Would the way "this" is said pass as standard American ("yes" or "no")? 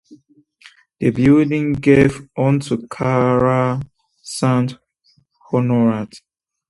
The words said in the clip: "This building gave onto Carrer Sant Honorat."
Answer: no